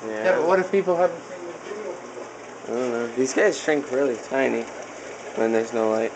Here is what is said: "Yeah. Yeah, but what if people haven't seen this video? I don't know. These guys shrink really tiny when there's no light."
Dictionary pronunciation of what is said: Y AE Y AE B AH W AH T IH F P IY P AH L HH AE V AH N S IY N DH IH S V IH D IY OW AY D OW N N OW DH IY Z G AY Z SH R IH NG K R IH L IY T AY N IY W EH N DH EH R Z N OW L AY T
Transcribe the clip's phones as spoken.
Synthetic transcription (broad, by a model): Y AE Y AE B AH W AH T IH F P IY P L HH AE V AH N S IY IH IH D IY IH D OW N N OW DH IY Z G AY Z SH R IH NG K R IH L IY T AY N IY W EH N DH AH R Z N OW L AY T